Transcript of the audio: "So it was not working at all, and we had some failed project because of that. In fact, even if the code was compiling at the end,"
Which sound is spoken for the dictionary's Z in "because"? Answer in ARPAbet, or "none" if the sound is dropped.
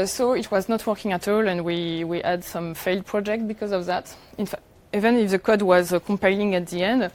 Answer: Z